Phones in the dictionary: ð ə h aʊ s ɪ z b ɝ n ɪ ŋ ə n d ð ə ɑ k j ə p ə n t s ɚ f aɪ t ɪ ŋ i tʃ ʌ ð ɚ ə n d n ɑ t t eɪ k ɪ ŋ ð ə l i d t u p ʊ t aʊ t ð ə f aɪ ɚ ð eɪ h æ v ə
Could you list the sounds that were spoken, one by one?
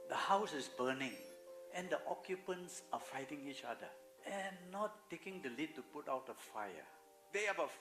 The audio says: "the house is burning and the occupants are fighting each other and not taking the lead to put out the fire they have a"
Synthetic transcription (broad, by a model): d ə h aʊ s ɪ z b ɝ n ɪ ŋ ə n d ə ɑ k j ə p ə n t s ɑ f aɪ t ɪ ŋ i tʃ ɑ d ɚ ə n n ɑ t t eɪ k ɪ ŋ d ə l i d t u p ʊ t aʊ t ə f aɪ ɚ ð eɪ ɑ b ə